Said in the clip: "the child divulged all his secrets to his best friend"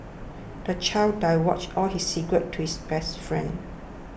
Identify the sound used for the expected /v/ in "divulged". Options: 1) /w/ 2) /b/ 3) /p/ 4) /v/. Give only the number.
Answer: 1